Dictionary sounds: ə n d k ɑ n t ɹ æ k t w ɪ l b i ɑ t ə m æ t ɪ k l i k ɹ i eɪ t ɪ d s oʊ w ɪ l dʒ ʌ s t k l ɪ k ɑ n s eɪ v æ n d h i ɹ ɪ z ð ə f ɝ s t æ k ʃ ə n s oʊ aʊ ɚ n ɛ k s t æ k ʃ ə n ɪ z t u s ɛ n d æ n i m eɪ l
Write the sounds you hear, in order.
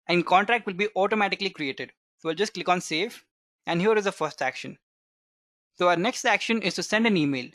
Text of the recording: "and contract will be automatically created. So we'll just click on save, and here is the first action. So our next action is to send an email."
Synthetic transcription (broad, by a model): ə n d k ɑ n t ɹ æ k t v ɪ l b i ɑ t ə m æ t ɪ k l i k ɹ i eɪ t ɪ d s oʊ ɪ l dʒ ʌ s t k l ɪ k ɑ n s eɪ f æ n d h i ɹ ɪ z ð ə f ɝ s t æ k ʃ ə n s oʊ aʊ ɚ n ɛ k s t æ k ʃ ə n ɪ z t u s ɛ n d æ n i m eɪ l